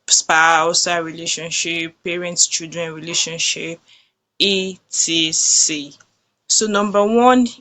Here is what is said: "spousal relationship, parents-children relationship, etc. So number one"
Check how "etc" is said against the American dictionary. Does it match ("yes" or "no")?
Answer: no